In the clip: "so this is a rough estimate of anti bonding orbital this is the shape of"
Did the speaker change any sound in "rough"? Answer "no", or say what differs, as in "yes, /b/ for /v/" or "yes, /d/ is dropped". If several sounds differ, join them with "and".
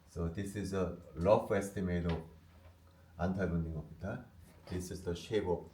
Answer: yes, /l/ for /ɹ/